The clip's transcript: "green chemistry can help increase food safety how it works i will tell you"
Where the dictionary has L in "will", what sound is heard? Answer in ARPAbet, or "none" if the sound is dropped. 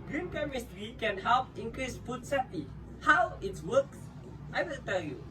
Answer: N